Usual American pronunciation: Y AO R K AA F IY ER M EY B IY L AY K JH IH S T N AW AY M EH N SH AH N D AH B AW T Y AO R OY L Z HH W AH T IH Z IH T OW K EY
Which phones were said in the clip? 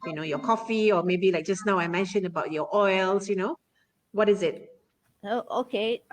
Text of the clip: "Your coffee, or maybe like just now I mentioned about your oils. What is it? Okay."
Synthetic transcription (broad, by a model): Y AO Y K AA F IY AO M EY B IY L AY K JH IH S N AW AY M EH N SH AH N AH B AW T Y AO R OY L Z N W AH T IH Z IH T OW K EY